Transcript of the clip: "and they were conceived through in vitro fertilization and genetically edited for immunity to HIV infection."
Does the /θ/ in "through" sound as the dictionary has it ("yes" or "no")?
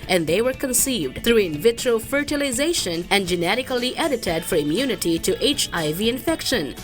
no